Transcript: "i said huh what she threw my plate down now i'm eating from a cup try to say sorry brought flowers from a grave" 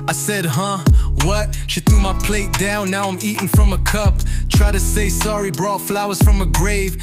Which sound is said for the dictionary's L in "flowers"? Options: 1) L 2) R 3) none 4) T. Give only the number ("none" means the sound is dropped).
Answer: 1